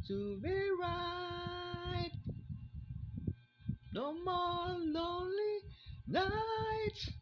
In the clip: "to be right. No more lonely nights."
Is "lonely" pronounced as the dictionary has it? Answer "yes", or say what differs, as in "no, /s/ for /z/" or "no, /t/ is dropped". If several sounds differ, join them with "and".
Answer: yes